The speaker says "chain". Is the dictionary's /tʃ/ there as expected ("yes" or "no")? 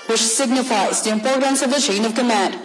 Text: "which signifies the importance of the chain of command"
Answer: yes